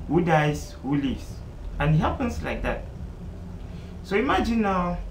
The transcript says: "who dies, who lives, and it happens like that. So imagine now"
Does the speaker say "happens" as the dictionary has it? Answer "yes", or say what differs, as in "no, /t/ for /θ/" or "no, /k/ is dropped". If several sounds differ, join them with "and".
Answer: no, /s/ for /z/